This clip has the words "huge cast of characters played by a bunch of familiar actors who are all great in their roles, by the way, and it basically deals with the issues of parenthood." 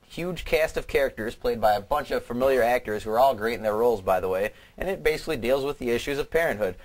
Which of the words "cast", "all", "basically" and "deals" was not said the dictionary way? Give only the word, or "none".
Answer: none